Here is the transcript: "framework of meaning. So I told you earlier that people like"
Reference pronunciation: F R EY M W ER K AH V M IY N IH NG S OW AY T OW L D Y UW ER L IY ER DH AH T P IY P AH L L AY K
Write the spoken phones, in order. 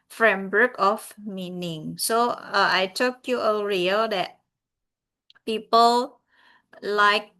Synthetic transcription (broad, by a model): F R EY M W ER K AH F M IY N IH NG S OW AY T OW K Y UW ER IY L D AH T P IY P AH L L AY K